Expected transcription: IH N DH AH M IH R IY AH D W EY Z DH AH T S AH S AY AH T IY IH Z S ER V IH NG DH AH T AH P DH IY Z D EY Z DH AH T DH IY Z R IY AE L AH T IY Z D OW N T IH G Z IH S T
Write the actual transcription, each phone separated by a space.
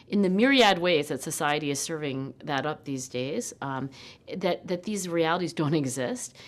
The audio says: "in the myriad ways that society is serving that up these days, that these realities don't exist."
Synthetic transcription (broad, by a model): IH N DH AH M IH R IY AH D W EY Z DH AH T S AH S AY AH T IY IH Z S ER V IH NG DH AH T AH P DH IY Z D EY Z DH AH T DH IY Z R IY AE L AH T IY Z D OW N T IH G Z IH S T